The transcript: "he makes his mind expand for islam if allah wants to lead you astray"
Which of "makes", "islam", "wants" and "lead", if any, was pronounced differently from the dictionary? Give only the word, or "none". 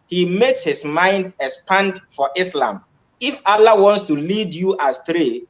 none